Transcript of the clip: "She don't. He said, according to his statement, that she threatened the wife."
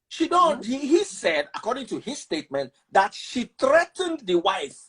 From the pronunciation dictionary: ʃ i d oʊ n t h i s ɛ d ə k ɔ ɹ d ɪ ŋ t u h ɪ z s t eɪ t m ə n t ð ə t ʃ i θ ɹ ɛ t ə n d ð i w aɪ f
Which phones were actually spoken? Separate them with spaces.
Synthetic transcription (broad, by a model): ʃ i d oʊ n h h i s ɛ d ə k ɔ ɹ d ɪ ŋ t u h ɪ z s t eɪ t m ə n t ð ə t ʃ i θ ɹ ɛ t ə n d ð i w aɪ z